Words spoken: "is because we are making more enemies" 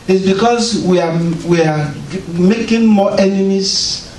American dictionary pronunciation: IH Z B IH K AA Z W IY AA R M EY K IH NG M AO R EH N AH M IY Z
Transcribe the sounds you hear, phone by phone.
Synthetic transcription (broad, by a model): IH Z B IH K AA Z W IY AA W M EY K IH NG M AO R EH N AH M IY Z